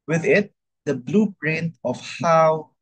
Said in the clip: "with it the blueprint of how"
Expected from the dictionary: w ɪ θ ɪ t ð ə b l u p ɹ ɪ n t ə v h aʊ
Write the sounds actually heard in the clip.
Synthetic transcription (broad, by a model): w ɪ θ ɪ t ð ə b l u b ɹ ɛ n ə f h aʊ